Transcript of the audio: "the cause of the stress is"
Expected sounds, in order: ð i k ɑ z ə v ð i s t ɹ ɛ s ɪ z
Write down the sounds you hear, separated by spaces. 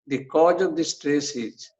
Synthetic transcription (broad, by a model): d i k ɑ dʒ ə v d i s t ɹ ɛ s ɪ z